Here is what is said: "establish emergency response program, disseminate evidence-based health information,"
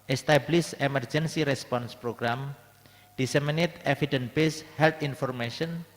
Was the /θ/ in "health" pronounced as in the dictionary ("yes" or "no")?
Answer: no